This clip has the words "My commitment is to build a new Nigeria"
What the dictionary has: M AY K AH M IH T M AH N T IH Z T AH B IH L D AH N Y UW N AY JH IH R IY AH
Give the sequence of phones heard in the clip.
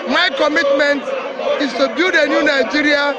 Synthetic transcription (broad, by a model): M AY K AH M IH T M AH N T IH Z T AH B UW D AH N Y UW N AY JH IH R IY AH